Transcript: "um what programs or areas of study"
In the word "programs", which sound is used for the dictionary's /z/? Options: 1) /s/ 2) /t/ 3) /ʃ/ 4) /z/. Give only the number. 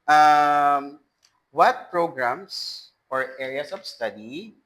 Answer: 1